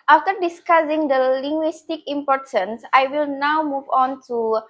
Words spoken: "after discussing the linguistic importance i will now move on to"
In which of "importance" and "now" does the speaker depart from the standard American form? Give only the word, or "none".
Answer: none